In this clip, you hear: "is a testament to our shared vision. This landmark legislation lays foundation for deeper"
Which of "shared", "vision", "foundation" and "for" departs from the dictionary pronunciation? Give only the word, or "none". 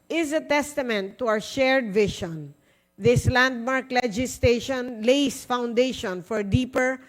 vision